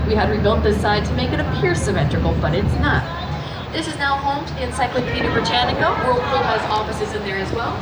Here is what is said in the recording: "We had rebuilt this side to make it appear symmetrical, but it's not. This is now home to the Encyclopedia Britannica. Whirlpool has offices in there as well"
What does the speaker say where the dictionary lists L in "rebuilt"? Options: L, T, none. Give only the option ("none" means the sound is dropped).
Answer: L